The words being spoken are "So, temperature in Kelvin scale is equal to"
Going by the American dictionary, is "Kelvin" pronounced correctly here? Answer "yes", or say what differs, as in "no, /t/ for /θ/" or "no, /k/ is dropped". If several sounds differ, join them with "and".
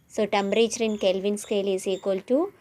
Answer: yes